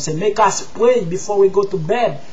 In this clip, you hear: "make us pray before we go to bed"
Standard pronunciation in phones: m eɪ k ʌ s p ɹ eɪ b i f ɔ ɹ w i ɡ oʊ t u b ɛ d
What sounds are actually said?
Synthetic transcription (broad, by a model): m eɪ k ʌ s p w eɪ b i f ɔ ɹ w i ɡ oʊ t u b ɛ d